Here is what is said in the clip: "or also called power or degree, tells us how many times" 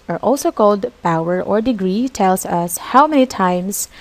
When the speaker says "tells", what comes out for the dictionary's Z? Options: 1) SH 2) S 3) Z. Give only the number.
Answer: 2